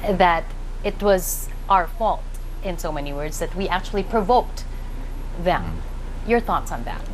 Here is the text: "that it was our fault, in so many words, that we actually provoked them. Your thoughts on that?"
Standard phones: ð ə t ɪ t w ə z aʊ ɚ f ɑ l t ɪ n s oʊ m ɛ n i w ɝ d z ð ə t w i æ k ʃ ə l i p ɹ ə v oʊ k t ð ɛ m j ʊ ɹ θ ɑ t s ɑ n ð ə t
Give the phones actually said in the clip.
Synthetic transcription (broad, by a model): ð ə t ɪ t w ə z aʊ ɚ f ɑ l t ɪ n s oʊ m ɛ n i w ɝ d z ð ə t w i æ k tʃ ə l i p ɹ ə v oʊ k t ð ɛ m j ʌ ɹ θ ɑ t s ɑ n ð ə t